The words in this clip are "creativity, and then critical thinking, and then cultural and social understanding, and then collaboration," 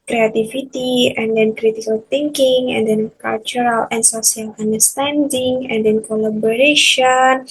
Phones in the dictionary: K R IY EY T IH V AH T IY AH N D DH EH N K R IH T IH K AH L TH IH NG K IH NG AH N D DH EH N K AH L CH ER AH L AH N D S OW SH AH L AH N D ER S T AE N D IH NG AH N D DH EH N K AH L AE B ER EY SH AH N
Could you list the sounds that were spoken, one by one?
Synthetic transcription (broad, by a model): K R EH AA T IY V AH T IY AH N D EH N K R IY T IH K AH L T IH NG K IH NG AH N D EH N K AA L CH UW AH L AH N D S OW S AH L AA N D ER S T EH N D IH NG AH N D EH N K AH L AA B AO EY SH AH N